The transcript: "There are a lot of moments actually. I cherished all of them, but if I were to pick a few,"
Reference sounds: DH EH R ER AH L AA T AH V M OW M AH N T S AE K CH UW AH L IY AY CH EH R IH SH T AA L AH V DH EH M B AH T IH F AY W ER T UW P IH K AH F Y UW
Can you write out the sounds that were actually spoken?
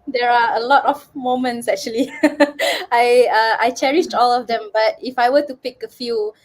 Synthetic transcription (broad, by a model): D EH R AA AH L AA T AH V M OW M AH N T S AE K CH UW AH L IY AY CH EH R IH SH T AA L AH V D EH M B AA T IH F AY W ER T UW P IH K AH F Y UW